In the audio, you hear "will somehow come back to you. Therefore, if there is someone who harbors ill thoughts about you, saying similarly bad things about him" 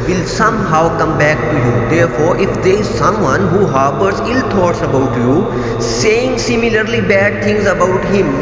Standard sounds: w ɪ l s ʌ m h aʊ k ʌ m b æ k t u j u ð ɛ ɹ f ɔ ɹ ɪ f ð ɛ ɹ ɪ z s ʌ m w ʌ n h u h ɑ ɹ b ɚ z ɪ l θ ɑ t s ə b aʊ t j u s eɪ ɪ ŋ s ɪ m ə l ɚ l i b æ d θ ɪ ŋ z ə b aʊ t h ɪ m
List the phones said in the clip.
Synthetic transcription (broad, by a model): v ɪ l s ʌ m h aʊ k ʌ m b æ k t u j u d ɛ ɹ f ɔ ɹ ɪ f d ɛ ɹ ɪ z s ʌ m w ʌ n h u h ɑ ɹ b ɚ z ɪ l t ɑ t s ə b aʊ t j u s eɪ ɪ ŋ s ɪ m ə l ɚ l i b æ d t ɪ ŋ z ə b aʊ t h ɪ m